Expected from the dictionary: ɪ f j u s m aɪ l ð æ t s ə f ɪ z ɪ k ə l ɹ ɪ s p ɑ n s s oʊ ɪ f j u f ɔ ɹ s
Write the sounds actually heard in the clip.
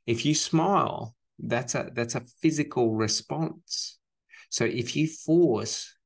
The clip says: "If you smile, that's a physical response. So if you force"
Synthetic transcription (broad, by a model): ɪ f j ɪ s m aɪ l ð æ t s ə f ɪ z ɪ k ə l ɹ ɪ s p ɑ n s s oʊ ɪ f j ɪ f ɔ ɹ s